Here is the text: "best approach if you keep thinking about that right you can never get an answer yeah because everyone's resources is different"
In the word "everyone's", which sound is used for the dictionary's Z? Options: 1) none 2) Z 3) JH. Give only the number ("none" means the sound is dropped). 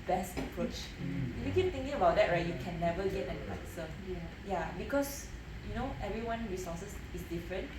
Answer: 1